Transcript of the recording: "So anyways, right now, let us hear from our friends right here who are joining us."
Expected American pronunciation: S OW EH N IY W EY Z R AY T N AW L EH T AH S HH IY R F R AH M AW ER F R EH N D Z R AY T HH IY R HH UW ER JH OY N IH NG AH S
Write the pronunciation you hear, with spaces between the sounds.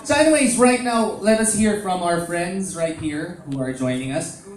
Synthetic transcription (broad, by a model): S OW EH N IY W EY Z R AY T N AW L EH T AH S HH IY R F R AH M AW ER F R EH N D Z R AY T HH IY R HH UW ER JH OY N IH NG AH S